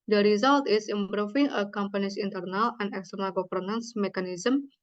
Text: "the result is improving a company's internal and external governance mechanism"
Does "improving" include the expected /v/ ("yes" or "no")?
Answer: no